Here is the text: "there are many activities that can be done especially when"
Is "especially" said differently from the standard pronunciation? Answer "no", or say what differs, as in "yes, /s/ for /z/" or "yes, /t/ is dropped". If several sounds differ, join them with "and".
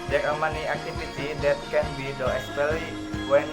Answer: yes, /ʃ/ is dropped